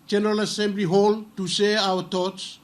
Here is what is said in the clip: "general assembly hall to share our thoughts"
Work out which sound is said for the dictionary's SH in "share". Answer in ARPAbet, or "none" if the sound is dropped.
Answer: S